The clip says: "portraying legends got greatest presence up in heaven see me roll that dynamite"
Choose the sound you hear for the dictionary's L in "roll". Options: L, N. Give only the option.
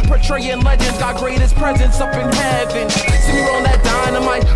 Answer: N